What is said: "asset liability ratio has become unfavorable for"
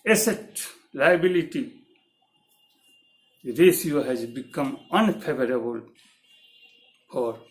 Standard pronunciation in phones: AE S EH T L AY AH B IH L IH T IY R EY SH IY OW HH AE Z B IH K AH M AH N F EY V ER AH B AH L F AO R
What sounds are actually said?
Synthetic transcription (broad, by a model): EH S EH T L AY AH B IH L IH T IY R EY S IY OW HH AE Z B IH K AH M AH N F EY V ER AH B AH L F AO R